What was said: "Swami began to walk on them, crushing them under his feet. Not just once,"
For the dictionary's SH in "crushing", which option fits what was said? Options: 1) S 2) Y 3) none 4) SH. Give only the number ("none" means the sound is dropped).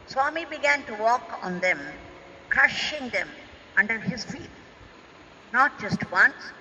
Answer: 4